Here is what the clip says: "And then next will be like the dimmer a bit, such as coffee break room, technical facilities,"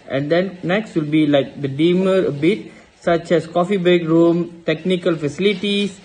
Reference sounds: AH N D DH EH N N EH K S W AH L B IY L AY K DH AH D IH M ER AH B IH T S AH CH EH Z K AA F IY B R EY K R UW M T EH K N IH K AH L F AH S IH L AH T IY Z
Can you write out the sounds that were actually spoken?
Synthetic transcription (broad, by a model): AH N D EH N N EH K S W AH L B IY L AY K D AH D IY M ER AH B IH T S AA CH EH S K AA F IY B EY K R UW M T EH K N IH K AH L F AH S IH L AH T IY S